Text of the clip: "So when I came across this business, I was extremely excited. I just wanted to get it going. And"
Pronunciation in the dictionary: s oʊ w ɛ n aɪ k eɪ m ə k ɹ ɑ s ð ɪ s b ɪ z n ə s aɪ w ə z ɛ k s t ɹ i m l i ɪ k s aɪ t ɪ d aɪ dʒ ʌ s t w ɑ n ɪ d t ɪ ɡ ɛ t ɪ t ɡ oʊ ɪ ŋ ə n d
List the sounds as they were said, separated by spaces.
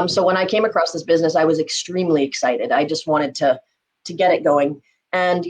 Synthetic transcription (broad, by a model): s oʊ w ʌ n aɪ k eɪ m ə k ɹ ɑ s ð ɪ s b ɪ z n ə s aɪ w ə z ɛ k s t ɹ i m l i ɪ k s aɪ t ɪ d aɪ dʒ ʌ s t w ɑ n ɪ d t ɪ ɡ ɛ t ɪ t ɡ oʊ ɪ ŋ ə n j